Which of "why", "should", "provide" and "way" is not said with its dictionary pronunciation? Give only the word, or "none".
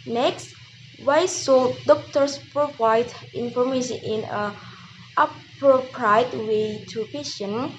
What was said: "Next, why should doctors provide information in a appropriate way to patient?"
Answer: should